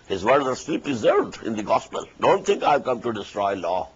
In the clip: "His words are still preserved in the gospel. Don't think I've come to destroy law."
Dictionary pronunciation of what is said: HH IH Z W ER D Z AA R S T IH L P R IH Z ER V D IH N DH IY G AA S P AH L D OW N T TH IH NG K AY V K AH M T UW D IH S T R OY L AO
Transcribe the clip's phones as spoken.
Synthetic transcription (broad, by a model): HH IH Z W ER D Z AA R S T IH L P R IH Z ER V D IH N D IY G AA S P AH L D OW N T T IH NG K AY V K AH M T UW D IH S T R OY L AO